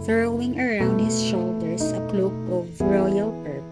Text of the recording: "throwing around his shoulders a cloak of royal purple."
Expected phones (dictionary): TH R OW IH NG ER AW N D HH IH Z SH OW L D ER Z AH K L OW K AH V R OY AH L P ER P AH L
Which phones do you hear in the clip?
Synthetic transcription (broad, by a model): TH R OW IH NG ER AW N D HH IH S SH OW L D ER S AH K L OW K AH V R OY AH L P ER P